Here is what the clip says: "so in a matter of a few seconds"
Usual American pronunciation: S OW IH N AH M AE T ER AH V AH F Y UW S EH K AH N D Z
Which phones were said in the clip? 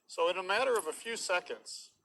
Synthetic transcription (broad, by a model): S OW IH N AH M AE T ER AH V AH F Y UW S EH K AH N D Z